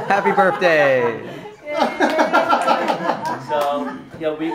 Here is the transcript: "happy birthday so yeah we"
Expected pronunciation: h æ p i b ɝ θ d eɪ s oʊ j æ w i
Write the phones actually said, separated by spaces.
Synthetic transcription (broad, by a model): h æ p i b ɝ θ d eɪ s oʊ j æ w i